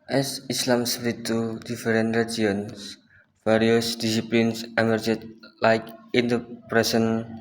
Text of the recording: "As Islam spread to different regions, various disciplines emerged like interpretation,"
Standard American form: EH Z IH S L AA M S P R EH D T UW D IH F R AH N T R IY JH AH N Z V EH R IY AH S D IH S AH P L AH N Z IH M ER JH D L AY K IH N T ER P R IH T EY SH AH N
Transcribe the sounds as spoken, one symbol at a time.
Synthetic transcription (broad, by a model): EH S IH S L AA M S R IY T UW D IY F R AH N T R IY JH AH N S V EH R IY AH S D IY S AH P L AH N S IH M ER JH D L AY K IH N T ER P R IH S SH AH N